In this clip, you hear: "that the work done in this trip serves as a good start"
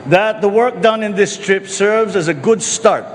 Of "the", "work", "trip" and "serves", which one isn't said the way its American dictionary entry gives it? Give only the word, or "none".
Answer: none